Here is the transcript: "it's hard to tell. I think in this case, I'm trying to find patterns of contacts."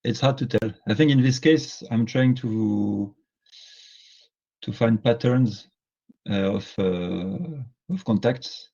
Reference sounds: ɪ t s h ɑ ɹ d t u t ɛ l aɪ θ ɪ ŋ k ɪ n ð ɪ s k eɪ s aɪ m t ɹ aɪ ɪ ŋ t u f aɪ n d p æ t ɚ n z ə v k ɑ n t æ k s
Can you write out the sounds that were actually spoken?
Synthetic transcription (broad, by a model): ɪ t s h ɑ ɹ d t u t ɛ l aɪ θ ɪ ŋ k ɪ n ð ɪ s k eɪ s aɪ m t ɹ aɪ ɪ ŋ t u f aɪ n d p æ t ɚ n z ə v k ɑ n t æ k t